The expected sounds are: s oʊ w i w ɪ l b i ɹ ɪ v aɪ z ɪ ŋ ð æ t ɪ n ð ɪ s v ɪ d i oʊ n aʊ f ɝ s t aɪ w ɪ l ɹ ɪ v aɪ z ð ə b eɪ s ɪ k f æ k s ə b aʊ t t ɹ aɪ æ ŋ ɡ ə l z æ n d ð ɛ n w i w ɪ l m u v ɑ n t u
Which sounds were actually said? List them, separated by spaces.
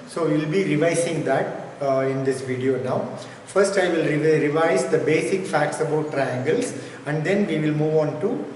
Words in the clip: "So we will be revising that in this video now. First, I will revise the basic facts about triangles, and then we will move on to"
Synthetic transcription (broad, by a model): s oʊ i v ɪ l b i ɹ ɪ v aɪ s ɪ ŋ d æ t ɪ n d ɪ s v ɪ d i oʊ n aʊ f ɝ s t aɪ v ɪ l ɹ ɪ v aɪ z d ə b eɪ s ɪ k f æ k s ə b aʊ t t ɹ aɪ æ ŋ ɡ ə l s æ n d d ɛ n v i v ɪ l m u v ɑ n t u